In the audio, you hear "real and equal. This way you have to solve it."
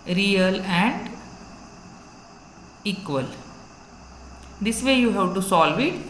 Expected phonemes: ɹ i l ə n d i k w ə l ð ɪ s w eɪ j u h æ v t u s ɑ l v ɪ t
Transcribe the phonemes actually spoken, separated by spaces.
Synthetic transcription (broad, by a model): ɹ i l ə n d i k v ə l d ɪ s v eɪ j u h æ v t u s ɑ l v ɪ t